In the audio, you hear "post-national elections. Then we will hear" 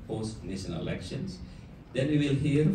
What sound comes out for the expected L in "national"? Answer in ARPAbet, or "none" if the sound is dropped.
N